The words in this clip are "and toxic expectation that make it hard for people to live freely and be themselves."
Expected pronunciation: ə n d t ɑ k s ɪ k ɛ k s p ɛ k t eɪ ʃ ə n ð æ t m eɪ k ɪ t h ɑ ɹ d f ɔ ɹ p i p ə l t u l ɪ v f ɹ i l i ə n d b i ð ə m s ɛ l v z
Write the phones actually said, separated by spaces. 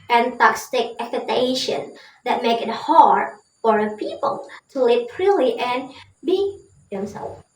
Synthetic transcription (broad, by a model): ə n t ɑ k s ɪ k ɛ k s ɛ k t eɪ ʃ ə n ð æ t m eɪ k ɪ t h ɑ ɹ d f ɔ ɹ p i p ə l t u l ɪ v p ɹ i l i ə n b i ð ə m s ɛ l